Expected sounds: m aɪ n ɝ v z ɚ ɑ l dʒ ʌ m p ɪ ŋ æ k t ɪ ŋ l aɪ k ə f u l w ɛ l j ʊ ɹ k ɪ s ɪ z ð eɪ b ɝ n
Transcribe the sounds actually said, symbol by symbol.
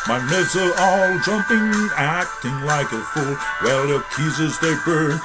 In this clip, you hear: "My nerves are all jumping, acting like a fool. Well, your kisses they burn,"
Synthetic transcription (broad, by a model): m aɪ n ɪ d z ɚ ɑ l dʒ ʌ m p ɪ ŋ æ k t ɪ ŋ l aɪ k ə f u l w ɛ l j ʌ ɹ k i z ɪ z ð eɪ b ɝ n